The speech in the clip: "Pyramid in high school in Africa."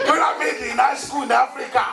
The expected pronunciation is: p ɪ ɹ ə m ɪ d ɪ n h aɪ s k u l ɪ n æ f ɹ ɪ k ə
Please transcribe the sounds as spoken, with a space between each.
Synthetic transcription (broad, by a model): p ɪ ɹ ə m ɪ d ɪ n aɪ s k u n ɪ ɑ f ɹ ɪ k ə